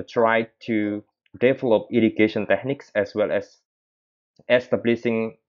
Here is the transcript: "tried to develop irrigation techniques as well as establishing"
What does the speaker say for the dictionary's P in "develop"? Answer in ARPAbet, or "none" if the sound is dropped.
P